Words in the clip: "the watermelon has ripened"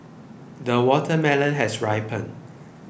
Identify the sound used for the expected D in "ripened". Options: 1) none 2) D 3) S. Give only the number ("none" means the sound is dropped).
1